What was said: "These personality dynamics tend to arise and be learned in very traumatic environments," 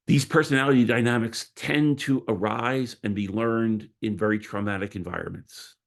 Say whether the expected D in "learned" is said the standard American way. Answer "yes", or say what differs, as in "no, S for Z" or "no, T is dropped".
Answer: yes